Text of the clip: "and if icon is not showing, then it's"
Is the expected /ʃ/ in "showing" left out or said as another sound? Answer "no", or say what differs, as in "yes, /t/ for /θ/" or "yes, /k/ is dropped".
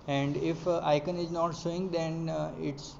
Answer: yes, /s/ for /ʃ/